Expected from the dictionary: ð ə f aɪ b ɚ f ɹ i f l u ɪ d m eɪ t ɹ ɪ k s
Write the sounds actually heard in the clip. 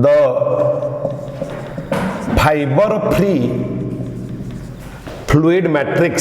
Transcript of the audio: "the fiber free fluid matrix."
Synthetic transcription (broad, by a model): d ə p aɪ b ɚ p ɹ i p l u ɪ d m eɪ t ɹ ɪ k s